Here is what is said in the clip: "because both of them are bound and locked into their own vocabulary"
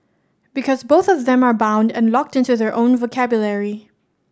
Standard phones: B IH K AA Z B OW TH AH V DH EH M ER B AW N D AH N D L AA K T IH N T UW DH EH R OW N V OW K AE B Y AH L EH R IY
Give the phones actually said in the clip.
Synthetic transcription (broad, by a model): B IH K AA Z B OW TH AH V DH EH M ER B AW N D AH N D L AA K T IH N T UW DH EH R OW N V OW K AE B Y AH L EH R IY